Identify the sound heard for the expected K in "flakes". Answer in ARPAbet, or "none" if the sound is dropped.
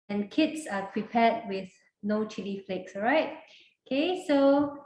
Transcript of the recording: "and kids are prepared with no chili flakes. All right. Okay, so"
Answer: K